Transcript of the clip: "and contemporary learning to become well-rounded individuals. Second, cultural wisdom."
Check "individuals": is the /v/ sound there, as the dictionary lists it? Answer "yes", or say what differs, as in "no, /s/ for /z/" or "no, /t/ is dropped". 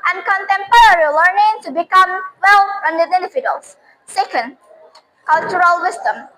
no, /f/ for /v/